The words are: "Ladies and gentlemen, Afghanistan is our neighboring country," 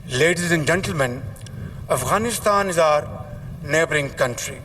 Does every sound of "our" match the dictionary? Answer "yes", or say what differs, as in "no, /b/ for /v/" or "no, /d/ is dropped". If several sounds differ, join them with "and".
yes